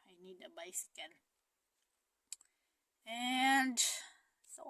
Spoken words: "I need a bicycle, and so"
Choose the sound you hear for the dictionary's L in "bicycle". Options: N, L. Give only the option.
N